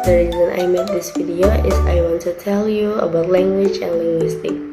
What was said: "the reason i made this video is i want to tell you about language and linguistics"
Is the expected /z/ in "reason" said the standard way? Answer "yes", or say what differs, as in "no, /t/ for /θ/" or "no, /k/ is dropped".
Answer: yes